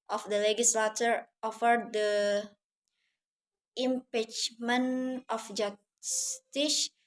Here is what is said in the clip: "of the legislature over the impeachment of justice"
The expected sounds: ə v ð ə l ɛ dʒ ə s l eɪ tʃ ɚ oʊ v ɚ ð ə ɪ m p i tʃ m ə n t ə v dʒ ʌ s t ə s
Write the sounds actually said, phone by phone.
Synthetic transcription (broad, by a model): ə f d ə l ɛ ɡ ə s l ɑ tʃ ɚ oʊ f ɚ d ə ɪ m p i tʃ m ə n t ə f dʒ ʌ s t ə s